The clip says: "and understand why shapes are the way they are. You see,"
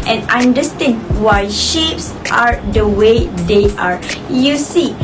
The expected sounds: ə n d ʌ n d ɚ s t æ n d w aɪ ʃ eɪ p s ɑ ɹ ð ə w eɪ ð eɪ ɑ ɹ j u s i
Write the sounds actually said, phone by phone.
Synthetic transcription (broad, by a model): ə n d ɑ n d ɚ s t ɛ n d w aɪ ʃ eɪ p s ɑ ɹ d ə w eɪ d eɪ ɑ ɹ j u s i